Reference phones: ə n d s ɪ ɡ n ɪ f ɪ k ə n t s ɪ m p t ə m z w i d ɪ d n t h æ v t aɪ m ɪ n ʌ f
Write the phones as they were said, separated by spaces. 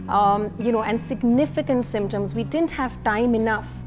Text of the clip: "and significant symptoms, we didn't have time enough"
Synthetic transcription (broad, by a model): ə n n s ɪ ɡ n ɪ f ɪ k ə n t s ɪ m p t ə m z w i d ɪ d n t h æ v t aɪ m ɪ n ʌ f